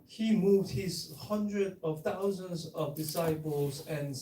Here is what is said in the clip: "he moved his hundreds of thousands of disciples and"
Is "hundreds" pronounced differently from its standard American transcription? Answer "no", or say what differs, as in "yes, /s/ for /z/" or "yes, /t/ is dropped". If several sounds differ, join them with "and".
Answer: yes, /z/ is dropped